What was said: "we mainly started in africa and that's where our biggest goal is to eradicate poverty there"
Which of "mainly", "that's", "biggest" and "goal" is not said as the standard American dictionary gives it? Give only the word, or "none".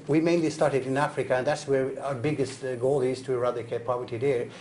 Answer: none